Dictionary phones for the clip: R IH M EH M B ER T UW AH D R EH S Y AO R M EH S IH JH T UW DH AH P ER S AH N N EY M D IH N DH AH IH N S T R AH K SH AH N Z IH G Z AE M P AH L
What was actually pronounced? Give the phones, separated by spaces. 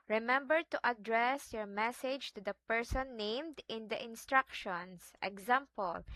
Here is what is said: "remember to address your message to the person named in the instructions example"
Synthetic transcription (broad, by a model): R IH M EH M B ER T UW AH D R EH S Y AO R M EH S IH JH T UW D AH P ER S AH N N EY M D IH N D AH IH N S T R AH K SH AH N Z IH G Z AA M P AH L